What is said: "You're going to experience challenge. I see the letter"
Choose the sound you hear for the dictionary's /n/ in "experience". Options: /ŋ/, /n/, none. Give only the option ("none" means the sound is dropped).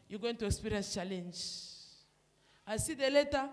none